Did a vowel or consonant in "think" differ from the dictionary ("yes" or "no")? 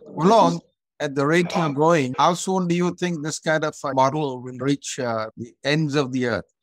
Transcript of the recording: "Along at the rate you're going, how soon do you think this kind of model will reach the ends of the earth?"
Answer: yes